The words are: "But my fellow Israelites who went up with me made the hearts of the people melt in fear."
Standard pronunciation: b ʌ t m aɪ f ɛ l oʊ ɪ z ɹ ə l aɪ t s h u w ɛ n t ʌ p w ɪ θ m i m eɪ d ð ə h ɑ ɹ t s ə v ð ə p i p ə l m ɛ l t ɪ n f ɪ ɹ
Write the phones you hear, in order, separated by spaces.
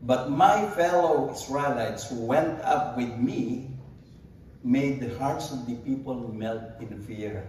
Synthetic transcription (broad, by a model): b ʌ t m aɪ f ɛ l oʊ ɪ s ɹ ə l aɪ t s h u w ɛ n t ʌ p w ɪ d m i m eɪ d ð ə h ɑ ɹ t s ə v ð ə p i p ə l m ɛ l t ɪ n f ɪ ɹ